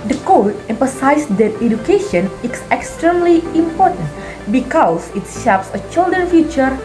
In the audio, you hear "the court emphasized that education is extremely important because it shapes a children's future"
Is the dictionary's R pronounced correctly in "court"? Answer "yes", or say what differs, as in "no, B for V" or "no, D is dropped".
no, L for R